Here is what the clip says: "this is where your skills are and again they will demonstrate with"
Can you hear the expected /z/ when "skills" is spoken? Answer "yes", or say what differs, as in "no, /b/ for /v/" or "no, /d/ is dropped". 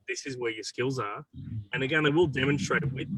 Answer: yes